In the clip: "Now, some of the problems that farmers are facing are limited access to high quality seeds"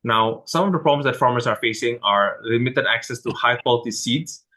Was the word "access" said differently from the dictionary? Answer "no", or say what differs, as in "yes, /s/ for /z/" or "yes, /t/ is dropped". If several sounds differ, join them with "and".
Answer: no